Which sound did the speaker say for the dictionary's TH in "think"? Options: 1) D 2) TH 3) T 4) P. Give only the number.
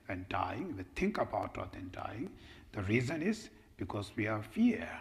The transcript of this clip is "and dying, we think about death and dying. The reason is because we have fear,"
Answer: 3